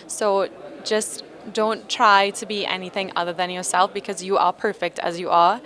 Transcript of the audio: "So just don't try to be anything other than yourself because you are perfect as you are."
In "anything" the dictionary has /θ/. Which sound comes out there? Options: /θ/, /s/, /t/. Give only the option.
/θ/